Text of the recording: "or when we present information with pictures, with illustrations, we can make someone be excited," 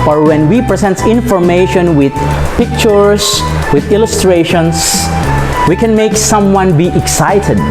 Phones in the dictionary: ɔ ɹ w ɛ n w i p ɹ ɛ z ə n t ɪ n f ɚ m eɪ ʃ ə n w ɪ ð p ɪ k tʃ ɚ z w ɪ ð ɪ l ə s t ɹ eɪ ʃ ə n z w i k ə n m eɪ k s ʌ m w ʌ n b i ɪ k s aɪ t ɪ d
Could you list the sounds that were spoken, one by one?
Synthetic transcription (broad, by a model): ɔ ɹ w ɛ n w i p ɹ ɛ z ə n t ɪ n f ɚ m eɪ ʃ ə n w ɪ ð p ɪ k tʃ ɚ s w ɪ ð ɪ l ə s t ɹ eɪ ʃ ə n s w i k ə n m eɪ k s ʌ m w ʌ n b i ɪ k s aɪ t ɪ d